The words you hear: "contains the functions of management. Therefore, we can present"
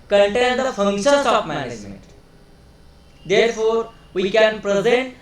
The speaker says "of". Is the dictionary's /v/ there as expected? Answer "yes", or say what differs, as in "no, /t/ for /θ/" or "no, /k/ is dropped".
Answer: no, /p/ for /v/